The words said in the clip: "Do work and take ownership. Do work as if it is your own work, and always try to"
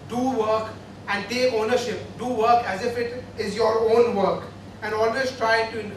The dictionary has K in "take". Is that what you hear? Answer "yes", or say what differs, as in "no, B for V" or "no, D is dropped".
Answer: no, K is dropped